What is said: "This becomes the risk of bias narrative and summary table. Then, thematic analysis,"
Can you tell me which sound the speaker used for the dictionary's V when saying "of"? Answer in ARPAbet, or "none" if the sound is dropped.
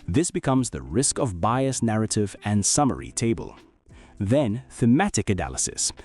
V